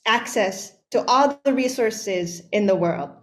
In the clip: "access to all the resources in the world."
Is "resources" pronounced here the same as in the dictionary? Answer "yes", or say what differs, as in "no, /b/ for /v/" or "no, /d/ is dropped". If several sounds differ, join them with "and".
yes